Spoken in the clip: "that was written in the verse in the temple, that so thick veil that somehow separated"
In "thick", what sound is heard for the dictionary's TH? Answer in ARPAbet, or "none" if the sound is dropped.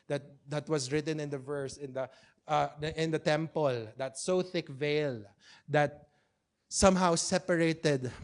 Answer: TH